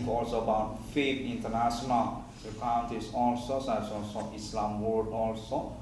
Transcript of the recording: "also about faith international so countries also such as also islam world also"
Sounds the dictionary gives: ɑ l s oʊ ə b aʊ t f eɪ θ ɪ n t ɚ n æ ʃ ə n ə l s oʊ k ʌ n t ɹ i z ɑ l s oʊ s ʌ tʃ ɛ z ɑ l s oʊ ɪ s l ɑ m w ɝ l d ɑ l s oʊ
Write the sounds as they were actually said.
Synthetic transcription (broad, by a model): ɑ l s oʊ ə b aʊ t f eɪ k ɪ n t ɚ n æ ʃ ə n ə l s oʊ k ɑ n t i s ɑ l s oʊ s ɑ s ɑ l s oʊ ɪ s l ɑ m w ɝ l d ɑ l s oʊ